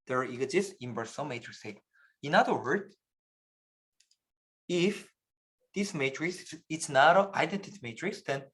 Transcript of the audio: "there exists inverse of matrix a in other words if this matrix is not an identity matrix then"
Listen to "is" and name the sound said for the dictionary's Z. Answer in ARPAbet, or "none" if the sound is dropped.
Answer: S